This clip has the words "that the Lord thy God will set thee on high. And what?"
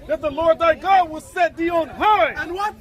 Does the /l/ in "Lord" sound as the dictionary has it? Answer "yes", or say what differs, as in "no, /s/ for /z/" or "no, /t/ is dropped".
yes